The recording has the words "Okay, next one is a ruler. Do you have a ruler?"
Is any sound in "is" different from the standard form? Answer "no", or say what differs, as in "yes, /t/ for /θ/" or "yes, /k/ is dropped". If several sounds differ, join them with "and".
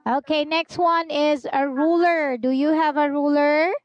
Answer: no